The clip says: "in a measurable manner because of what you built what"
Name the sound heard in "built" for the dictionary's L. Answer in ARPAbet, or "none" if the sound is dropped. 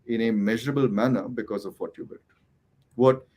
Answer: none